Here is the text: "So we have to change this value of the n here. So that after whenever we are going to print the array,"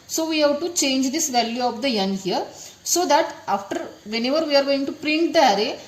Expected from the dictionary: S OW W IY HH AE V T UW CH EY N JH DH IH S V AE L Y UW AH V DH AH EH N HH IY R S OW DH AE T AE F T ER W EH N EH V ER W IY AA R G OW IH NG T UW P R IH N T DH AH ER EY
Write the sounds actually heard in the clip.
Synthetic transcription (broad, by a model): S OW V IY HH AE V T UW CH EY N JH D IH S V AE L Y UW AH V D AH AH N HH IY R S OW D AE T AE F T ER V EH N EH V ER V IY AA R G OW IH NG T UW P R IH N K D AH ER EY